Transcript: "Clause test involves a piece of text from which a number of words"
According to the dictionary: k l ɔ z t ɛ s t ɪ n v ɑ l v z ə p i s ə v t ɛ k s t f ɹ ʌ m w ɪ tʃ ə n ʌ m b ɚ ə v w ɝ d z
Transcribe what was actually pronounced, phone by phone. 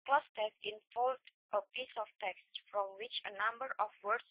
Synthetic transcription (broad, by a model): k l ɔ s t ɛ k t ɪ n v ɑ l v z ə p i s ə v t ɛ k s t f ɹ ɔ m w ɪ tʃ ə n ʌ m b ɚ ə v w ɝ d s